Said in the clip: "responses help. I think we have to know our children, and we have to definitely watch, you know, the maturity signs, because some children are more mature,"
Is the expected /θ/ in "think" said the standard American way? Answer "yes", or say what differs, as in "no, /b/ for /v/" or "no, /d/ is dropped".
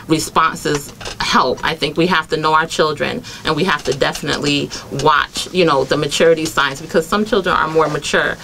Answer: yes